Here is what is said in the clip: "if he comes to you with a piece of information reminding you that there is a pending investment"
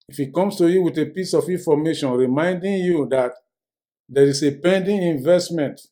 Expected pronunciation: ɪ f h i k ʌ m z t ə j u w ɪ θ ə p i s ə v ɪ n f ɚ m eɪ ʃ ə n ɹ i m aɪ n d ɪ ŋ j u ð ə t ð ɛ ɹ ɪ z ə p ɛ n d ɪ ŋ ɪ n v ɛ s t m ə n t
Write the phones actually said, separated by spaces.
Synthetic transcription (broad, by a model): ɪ f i k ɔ m s t ə j u w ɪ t ə p i s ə f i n f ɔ m eɪ ʃ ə n ɹ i m aɪ n d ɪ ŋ j u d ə t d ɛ ɹ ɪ s ə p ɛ n d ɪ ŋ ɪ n v ɛ s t m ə n t